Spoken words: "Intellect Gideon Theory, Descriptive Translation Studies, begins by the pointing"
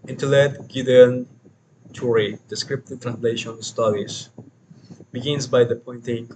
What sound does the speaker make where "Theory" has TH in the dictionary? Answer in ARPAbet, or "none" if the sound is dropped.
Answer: T